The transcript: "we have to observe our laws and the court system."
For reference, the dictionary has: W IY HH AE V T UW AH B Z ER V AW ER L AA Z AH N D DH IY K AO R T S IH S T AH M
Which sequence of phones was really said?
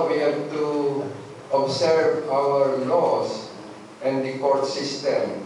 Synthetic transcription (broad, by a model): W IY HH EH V T UW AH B S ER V AW ER L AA S AH N D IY K AO R T S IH S T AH M